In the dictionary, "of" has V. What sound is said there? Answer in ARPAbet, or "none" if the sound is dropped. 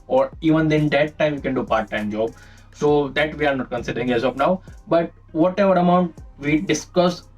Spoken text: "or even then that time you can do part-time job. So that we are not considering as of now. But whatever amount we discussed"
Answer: P